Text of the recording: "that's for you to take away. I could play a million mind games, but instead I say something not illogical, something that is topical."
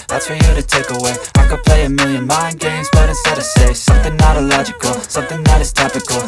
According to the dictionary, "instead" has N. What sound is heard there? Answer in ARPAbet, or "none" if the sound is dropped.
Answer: none